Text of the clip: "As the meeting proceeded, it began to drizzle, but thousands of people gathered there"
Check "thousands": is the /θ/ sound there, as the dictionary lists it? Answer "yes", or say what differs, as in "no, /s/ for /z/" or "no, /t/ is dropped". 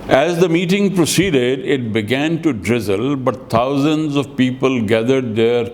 no, /t/ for /θ/